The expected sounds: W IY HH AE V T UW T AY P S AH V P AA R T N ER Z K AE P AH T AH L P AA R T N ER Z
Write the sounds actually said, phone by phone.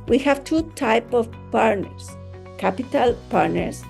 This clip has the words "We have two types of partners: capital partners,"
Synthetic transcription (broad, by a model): W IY HH AE V T UW T AY P AH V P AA R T N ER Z K AE P AH T AH L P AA R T N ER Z